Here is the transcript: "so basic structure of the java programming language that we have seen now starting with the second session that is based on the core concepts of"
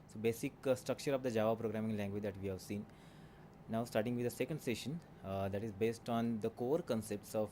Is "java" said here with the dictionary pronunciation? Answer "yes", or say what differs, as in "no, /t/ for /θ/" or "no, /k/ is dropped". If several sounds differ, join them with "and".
yes